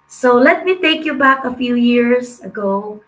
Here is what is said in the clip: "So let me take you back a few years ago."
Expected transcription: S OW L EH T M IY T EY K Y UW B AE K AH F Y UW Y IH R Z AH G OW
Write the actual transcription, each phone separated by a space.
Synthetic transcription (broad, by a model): S OW L EH T M IY T EY K Y UW B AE K AH F Y UW Y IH R S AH G OW